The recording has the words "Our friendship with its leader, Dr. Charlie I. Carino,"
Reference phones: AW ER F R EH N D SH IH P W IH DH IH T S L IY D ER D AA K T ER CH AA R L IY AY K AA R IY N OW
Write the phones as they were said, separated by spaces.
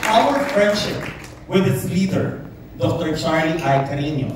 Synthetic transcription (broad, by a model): AW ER F R EH N D SH IH P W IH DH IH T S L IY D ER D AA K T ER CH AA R IY AY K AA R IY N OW